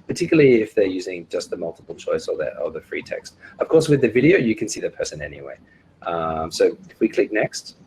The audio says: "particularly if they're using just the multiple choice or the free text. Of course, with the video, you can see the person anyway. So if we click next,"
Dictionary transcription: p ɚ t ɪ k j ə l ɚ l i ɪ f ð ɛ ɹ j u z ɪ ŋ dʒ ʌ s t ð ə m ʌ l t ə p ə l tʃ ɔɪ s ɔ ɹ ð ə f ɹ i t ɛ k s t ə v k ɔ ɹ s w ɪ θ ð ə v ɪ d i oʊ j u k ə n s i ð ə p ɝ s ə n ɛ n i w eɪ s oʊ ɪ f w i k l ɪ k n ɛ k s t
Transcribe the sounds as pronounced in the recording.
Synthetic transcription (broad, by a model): p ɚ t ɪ k j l l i ɪ f ð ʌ ɹ j u z ɪ ŋ dʒ ʌ s t ð ə m ʌ l t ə p l tʃ ɔɪ s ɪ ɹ ð ə f ɹ i t ɛ k s t ə v k ɔ ɹ s w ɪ ð ə v ɪ d i oʊ j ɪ k ə n s i ð ə p ɝ s ə n ɛ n i w eɪ s oʊ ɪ w i k l ɪ k n ɛ k s t